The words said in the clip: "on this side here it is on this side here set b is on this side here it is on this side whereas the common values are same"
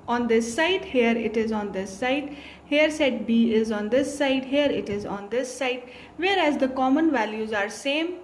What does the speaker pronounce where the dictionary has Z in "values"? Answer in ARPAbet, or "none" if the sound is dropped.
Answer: Z